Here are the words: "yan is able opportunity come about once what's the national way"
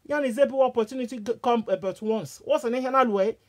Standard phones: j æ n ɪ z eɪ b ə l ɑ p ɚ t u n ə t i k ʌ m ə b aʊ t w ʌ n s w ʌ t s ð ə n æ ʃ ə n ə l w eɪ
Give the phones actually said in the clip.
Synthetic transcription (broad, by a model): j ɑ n ɪ z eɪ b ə w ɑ p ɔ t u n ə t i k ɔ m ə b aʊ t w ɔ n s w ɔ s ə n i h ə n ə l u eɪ